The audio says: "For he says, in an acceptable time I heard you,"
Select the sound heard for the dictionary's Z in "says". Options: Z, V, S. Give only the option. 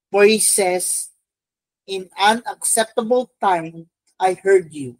S